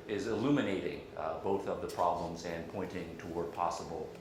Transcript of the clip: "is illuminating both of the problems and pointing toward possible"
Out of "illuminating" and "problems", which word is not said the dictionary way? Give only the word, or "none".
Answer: none